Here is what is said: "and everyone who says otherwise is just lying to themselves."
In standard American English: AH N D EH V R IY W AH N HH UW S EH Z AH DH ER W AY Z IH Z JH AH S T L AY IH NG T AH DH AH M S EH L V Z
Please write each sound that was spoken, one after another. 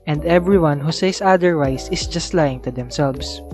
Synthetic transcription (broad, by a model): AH N D EH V R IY W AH N HH UW S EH S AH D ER W AY S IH S JH AH S T L AY IH NG T AH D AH M S EH L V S